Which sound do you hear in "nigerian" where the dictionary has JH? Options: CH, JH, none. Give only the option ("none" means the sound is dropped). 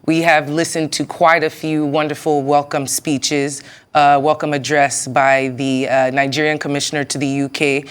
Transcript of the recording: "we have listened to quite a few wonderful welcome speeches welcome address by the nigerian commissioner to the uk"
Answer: JH